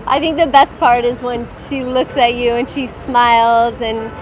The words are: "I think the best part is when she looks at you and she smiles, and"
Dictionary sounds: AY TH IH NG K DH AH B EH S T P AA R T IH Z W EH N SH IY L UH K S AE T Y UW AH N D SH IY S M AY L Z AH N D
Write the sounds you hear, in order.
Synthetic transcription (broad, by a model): AY TH IH NG K DH AH B EH S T P AA R T IH Z W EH N SH IY L UH K S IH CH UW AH N SH IY S M AY L Z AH N